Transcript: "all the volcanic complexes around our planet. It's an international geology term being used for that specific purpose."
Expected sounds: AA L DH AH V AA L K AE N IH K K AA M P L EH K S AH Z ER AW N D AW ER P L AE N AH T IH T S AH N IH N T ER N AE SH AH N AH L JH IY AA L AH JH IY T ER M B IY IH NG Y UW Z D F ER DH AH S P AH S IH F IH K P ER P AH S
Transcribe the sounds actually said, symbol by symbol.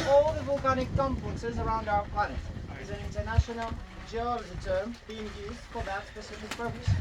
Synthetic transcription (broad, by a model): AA L DH AH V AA L K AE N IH K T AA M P EH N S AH Z ER AW N D AW ER P L AE N AH T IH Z AH N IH N T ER N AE SH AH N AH L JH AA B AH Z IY T ER M B IY IH NG Y UW Z D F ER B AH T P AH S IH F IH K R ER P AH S